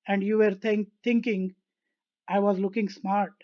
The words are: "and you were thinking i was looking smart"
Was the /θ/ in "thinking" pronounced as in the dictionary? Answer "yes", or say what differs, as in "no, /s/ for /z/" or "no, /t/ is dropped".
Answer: no, /t/ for /θ/